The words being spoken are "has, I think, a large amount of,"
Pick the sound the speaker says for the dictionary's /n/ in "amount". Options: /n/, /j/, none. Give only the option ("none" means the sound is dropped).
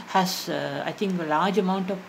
/n/